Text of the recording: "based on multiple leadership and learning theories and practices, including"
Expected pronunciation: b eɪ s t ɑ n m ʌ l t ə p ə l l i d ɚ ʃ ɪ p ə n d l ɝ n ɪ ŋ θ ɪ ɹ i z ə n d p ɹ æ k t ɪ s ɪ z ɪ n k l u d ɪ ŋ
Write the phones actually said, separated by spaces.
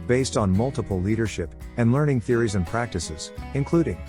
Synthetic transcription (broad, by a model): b eɪ s t n m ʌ l t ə p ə l l i d ɚ ʃ ɪ p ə n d l ɝ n ɪ ŋ θ ɪ ɹ i z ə n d p ɹ æ k t ɪ s ɪ z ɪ n k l u d ɪ ŋ